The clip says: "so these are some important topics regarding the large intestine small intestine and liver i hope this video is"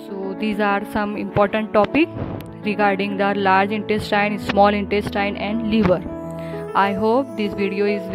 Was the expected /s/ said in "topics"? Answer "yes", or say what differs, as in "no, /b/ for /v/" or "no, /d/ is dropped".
no, /s/ is dropped